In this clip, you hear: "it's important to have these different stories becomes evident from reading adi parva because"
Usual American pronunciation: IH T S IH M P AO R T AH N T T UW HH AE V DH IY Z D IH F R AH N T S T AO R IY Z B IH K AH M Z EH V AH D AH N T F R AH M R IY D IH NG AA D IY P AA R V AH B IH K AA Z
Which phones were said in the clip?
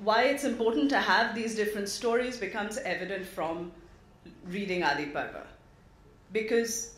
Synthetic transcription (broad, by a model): IH T S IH M P AO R T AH N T T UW HH AE V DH IY Z D IH F R AH N T S T AO R IY Z B IH K AH M Z EH V AH D AH N T F R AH M R IY D IH NG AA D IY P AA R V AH B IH K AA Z